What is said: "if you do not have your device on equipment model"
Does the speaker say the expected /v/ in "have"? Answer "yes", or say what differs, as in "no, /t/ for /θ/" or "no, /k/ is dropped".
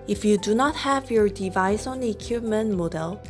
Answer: yes